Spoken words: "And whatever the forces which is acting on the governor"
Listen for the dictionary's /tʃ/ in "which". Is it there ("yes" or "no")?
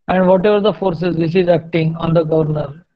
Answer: no